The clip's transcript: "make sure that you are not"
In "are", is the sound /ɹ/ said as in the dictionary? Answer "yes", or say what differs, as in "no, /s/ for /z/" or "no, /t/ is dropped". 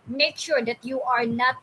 yes